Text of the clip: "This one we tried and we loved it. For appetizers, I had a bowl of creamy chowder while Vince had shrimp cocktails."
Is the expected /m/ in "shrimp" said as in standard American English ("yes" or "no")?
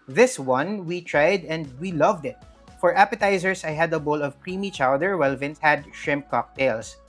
yes